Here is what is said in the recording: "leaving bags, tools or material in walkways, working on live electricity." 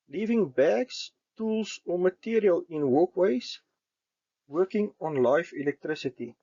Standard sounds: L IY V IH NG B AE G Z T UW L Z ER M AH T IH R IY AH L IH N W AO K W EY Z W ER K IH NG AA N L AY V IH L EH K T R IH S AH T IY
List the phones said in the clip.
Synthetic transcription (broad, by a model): L IY V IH NG B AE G S T UW L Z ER M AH T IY R IY AH L IH N W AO K W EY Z W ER K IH NG AA N L AY F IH L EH K T R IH S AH T IY